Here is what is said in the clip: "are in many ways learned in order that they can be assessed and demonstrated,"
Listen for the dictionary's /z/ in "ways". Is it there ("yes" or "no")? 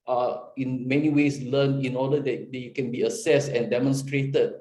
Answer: no